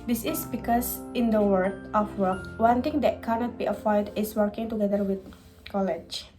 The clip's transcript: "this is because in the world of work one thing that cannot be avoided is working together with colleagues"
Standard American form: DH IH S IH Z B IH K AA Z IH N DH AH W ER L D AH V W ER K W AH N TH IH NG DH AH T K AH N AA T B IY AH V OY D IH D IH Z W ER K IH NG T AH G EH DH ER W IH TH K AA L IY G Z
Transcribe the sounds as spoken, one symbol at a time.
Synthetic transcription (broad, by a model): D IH S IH S B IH K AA S IH N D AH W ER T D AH F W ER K W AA N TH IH NG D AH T K AH N AA T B IY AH P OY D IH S W ER K IH NG T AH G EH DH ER W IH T K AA L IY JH